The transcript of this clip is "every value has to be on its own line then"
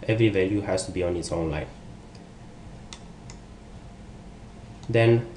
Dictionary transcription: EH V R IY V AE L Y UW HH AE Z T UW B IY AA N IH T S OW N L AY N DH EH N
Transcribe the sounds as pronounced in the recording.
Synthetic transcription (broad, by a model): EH V R IY V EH L Y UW HH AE S T UW B IY AA N IH T S OW N L AY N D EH N